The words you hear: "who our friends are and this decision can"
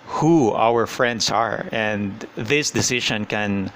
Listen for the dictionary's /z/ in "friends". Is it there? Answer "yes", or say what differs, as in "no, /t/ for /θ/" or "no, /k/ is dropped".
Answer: no, /s/ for /z/